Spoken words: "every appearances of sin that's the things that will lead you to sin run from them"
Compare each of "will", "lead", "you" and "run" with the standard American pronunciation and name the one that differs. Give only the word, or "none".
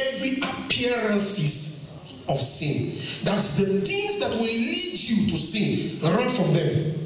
none